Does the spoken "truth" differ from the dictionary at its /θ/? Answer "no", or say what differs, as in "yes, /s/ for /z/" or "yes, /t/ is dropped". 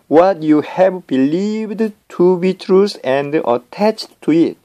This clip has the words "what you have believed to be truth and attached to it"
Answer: yes, /s/ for /θ/